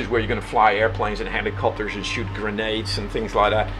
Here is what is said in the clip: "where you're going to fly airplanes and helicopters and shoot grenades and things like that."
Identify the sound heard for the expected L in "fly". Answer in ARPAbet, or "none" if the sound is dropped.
L